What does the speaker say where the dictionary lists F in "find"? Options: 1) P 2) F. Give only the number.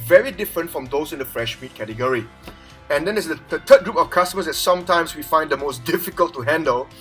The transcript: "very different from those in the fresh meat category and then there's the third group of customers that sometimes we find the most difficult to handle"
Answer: 2